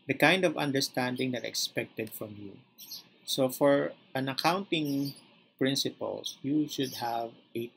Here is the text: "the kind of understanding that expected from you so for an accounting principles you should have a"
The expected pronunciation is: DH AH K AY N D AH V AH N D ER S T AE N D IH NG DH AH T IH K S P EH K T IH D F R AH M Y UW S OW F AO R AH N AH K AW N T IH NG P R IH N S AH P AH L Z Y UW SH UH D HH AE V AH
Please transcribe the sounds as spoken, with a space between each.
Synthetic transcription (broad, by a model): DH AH K AY N D AH V AH N D ER S T AE N D IH NG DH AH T IH K S P EH K T IH D F R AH M Y UW S OW F AO R AH N AH K AW N T IH NG P R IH N S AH P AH L Y UW SH UH D HH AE V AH